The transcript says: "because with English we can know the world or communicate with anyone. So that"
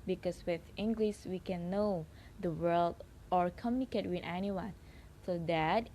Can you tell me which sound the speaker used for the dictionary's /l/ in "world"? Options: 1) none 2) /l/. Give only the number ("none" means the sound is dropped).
2